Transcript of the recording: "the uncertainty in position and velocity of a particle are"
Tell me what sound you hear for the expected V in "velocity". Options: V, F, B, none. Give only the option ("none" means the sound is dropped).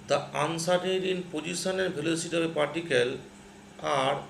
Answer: B